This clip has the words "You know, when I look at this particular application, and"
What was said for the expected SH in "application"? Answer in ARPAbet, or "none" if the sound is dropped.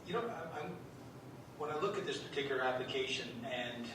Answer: SH